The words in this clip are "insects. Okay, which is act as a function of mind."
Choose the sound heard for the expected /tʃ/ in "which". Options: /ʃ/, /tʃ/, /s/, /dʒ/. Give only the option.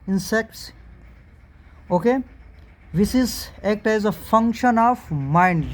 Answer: /s/